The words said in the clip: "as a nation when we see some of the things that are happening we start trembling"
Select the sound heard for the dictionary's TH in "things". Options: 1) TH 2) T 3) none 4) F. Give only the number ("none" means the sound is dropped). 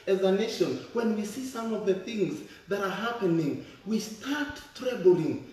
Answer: 1